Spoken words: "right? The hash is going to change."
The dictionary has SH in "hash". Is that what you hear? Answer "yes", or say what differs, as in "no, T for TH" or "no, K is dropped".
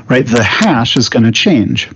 yes